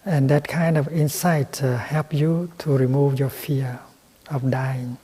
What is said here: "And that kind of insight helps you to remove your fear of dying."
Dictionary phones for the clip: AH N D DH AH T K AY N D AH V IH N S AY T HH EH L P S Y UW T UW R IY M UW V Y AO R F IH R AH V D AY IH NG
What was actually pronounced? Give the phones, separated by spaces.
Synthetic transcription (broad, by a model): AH N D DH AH T K AY N D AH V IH N S AY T HH EH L P Y UW T UW R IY M UW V Y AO F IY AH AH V D AY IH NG